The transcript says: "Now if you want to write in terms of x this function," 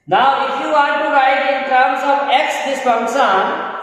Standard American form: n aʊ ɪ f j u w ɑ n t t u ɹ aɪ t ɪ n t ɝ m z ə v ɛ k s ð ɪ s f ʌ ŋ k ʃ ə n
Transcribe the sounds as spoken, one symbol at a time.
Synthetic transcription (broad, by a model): n aʊ ɪ f j u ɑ t t u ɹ aɪ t ɪ n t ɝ m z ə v ɛ k s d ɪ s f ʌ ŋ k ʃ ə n